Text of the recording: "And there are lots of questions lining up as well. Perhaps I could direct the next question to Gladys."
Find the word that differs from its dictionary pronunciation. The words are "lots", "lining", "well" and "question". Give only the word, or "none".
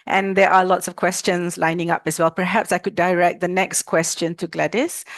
none